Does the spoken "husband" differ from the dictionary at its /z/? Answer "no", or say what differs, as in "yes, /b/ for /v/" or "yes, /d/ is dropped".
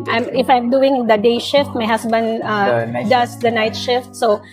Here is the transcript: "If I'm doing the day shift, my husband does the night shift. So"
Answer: yes, /s/ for /z/